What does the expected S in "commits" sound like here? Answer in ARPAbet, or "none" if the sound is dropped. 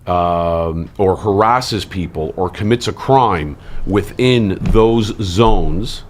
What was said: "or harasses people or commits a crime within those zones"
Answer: S